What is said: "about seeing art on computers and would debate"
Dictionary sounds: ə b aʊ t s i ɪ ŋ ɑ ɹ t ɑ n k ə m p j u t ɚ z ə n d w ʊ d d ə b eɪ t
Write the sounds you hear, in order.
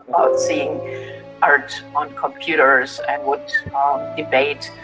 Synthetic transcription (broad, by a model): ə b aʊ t s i ɪ ŋ ɑ ɹ t ɑ n k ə m p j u t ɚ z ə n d w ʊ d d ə b eɪ t